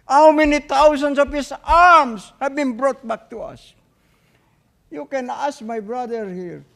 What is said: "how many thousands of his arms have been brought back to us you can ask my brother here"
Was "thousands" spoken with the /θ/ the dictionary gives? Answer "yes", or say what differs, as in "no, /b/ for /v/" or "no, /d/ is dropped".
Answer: no, /t/ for /θ/